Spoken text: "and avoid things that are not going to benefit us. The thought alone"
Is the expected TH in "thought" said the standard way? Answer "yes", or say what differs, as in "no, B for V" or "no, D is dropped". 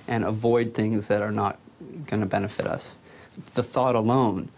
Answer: yes